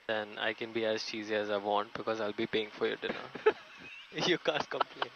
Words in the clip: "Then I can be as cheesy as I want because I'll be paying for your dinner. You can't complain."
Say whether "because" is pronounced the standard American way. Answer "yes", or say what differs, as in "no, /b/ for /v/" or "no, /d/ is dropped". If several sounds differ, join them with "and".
yes